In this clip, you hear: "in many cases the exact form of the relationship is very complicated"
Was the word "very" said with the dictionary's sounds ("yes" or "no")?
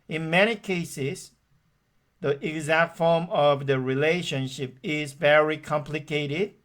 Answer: yes